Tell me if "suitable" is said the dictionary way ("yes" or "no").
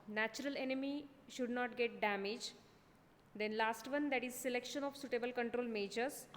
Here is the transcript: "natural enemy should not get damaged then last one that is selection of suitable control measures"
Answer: yes